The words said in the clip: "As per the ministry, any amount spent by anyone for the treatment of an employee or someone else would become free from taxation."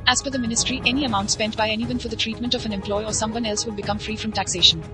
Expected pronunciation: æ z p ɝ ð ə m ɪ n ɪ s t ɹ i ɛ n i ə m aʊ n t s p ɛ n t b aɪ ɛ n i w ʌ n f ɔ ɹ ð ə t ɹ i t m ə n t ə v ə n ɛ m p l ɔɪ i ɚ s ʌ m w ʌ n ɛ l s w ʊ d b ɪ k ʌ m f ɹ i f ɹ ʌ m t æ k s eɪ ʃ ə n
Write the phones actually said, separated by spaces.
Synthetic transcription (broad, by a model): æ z f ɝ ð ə m ɪ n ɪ s t ɹ i ɛ n i ə m aʊ n t s p ɛ n t b aɪ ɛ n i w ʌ n f ɔ ɹ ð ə t ɹ i t m ə n t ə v ə n ɛ m p l ɔɪ i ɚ s ʌ m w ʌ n ɛ l s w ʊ d b ɪ k ʌ m f ɹ i f ɹ ʌ m t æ k s eɪ ʃ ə n